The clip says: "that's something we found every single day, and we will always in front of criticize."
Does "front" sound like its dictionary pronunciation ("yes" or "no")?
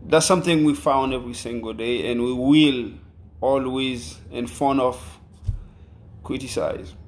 no